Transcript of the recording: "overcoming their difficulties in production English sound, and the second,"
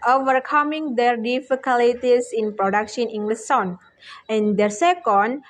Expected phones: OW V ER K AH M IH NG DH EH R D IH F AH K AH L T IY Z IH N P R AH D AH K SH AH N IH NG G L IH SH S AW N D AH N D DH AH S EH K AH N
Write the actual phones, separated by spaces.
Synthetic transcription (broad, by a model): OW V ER K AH M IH NG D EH R D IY F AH K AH L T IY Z IH N P R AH D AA K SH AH N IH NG G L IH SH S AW N AH N D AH S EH K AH N